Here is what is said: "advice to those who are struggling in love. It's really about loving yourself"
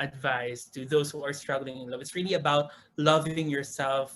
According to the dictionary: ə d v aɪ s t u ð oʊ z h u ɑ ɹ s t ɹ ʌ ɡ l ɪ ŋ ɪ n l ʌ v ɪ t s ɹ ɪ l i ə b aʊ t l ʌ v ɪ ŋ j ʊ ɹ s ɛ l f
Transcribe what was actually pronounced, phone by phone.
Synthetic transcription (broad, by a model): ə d v aɪ s t u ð oʊ s h u ɑ ɹ s t ɹ ʌ ɡ l ɪ ŋ ɪ n l ʌ v ɪ t s ɹ ɪ l i ə b aʊ t l ʌ v ɪ ŋ j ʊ ɹ s ɛ l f